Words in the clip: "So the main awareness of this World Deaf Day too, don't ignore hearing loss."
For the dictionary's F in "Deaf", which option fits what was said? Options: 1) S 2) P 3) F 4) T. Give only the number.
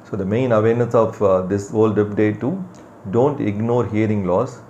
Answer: 2